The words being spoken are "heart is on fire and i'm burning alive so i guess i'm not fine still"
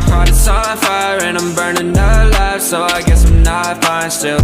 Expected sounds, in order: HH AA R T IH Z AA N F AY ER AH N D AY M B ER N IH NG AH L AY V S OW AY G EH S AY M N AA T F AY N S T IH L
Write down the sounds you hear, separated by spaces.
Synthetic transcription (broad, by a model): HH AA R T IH S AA L F AY ER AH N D AY M B ER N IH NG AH L AY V S OW AY G EH S AY M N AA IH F AY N S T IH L